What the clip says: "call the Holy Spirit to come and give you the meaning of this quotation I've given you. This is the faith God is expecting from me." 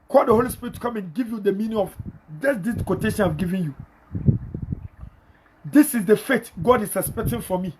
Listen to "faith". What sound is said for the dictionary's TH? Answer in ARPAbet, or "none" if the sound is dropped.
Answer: T